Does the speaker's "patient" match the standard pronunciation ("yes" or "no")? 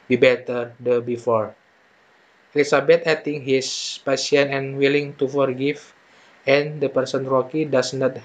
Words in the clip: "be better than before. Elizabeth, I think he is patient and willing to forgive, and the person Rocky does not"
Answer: no